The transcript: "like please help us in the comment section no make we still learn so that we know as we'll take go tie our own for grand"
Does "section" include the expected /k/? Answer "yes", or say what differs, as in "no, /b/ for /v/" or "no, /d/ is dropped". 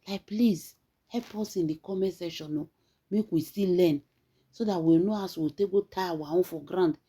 no, /k/ is dropped